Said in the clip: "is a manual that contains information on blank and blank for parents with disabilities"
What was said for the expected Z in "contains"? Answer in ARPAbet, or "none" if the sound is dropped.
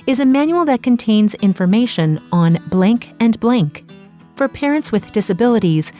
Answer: Z